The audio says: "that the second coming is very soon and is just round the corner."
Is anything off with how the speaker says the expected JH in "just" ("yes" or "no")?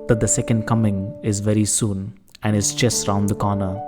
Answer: yes